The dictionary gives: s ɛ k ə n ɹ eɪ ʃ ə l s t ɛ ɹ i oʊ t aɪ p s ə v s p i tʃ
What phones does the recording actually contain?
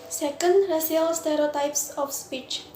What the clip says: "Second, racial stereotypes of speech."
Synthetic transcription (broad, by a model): s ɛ k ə n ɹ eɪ s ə l s t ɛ ɹ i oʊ t aɪ p s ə f s p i tʃ